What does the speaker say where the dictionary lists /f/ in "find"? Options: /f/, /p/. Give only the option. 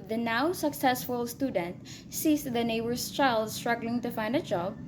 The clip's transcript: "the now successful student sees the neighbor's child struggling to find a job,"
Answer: /f/